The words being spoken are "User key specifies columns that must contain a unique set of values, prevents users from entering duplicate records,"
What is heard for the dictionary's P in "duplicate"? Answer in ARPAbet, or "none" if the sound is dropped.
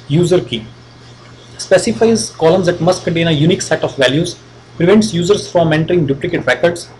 P